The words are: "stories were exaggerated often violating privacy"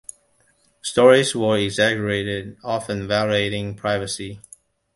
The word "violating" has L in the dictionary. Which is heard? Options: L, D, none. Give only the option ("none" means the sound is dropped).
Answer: none